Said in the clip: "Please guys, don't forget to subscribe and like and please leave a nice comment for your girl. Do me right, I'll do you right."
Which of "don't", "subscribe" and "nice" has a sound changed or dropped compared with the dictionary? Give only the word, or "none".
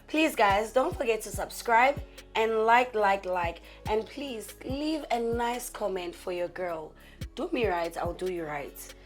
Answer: none